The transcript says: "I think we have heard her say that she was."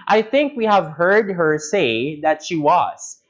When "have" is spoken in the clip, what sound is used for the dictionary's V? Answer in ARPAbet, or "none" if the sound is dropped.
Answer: V